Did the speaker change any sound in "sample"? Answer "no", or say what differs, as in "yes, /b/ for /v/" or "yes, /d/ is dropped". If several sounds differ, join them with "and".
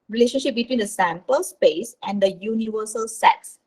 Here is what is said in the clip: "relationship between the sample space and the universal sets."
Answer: no